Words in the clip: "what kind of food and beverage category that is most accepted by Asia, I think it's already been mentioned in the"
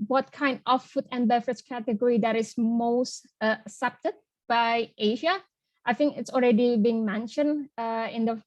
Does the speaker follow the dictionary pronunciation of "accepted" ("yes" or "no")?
no